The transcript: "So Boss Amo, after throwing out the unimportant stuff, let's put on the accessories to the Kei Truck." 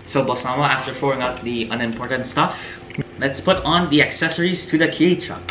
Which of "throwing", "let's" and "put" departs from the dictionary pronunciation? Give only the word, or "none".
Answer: throwing